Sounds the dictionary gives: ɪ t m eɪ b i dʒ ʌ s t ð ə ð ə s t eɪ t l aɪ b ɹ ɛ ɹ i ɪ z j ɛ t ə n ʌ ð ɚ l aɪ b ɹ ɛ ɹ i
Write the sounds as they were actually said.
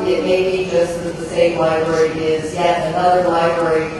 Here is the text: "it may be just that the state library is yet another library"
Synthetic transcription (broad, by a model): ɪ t m eɪ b i dʒ ʌ s t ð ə ð ə s eɪ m l aɪ b ɹ ɛ ɹ i ɪ z j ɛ ə n ʌ ð ɚ l aɪ b ɹ ɛ ɹ i